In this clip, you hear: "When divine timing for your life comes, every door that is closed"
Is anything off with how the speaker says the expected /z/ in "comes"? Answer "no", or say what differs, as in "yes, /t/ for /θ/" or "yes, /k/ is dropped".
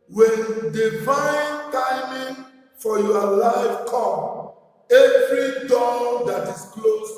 yes, /z/ is dropped